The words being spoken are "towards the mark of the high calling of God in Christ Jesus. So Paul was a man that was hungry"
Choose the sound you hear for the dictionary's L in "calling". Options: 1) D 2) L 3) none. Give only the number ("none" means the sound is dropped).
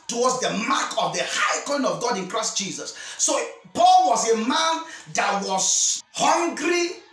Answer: 3